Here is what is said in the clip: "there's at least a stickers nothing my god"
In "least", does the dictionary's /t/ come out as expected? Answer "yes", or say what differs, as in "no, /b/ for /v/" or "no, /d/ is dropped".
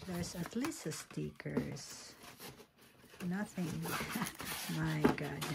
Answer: no, /t/ is dropped